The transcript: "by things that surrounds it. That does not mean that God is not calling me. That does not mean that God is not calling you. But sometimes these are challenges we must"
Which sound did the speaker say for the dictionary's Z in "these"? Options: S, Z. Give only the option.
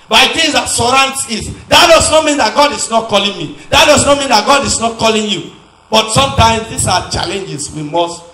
S